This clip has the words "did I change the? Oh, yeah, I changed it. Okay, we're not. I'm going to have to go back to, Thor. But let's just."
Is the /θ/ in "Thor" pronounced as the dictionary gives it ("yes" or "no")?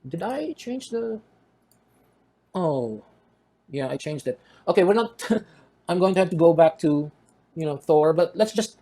yes